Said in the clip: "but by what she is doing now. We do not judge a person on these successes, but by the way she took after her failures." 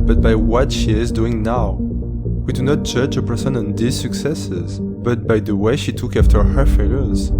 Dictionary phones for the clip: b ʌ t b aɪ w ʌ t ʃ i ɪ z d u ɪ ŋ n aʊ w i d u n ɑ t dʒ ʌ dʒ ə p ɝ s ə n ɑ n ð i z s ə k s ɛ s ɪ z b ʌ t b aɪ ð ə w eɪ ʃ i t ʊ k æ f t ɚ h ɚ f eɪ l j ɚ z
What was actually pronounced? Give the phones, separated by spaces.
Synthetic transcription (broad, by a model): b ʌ t b aɪ w ʌ t ʃ i ɪ z d u ɪ ŋ n aʊ w i d u n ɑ t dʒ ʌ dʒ ə p ɝ s ə n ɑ n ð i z s ə k s ɛ s ɪ z b ʌ t b aɪ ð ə w eɪ ʃ i t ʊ k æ f t ɚ h ɚ f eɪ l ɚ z